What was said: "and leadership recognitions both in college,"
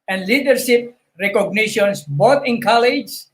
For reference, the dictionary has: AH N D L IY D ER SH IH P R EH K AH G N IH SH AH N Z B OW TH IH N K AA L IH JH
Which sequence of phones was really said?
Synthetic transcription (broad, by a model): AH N D L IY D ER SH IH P R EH K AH G N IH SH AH N S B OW T IH N K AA L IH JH